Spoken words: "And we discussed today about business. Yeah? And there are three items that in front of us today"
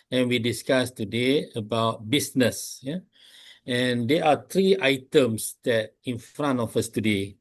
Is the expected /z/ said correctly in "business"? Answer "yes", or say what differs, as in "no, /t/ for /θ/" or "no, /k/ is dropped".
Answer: no, /s/ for /z/